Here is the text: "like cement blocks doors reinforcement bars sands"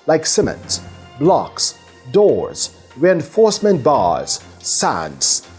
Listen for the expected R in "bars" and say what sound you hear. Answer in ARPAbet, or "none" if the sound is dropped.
R